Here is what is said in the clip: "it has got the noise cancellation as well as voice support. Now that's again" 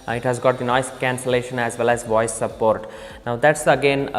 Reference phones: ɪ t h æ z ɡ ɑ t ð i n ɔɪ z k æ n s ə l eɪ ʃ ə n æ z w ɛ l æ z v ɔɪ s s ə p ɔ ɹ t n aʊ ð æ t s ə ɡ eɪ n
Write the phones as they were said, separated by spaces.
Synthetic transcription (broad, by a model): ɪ t h æ z ɡ ɑ t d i n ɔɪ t k æ n s ə l eɪ ʃ ə n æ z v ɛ l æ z v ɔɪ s s ə p ɔ ɹ t n aʊ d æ t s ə ɡ eɪ n